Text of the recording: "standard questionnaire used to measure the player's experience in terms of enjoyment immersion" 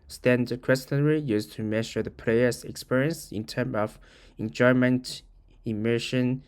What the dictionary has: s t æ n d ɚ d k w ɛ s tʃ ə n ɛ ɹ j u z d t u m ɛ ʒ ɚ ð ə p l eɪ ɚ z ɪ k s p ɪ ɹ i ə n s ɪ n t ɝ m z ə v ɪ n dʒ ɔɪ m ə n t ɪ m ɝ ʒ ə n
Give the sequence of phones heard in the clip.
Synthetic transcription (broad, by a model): s t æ n d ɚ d k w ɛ s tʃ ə n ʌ ɹ j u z t u m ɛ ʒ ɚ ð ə p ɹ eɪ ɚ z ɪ k s p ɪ ɹ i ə n s ɪ n t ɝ m ə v ɪ n dʒ ɔɪ m ə n t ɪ m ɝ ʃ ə n